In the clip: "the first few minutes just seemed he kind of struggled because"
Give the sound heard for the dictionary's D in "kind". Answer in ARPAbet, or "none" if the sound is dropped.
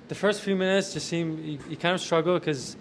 none